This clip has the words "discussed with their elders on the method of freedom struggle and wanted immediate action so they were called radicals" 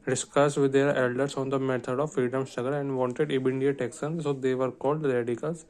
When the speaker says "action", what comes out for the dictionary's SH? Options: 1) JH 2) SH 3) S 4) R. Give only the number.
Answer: 3